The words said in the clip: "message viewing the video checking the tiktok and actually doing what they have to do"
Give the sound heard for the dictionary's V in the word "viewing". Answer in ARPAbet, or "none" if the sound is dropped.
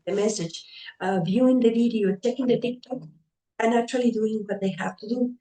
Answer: V